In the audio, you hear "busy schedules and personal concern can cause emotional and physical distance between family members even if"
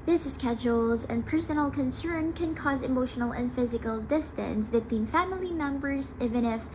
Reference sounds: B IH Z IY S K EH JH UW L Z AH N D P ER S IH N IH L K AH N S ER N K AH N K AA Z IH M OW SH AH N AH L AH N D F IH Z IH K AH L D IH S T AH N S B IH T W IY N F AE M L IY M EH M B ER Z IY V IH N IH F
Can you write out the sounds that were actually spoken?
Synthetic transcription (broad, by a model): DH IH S S K EH JH UW L Z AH N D P ER S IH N L K AH N S ER N K AH N K AA Z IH M OW SH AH N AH L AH N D F IH Z IH K AH L D IH S T AH N S B IH T W IY N F AE M L IY M EH M B ER Z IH V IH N IH F